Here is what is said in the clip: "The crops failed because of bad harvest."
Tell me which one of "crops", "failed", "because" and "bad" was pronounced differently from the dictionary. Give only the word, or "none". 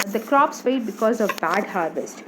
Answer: failed